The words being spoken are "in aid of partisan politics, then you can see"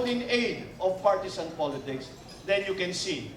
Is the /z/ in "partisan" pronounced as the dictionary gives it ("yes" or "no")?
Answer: no